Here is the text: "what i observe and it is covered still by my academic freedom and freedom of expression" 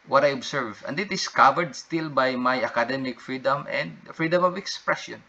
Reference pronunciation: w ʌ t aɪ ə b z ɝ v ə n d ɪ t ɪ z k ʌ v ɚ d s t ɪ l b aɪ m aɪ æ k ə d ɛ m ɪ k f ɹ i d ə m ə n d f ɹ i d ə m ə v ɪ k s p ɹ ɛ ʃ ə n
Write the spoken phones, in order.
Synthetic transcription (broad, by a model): w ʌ t aɪ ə b s ɝ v ə n d ɪ t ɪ s k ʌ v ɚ d s t ɪ l b aɪ m aɪ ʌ k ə d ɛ m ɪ k f ɹ i d ə m ə n d f ɹ i d ə m ə v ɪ k s p ɹ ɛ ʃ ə n